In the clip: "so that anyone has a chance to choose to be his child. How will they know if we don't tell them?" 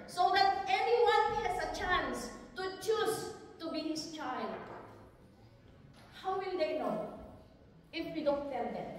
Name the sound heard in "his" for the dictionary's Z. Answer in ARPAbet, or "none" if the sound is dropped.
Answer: S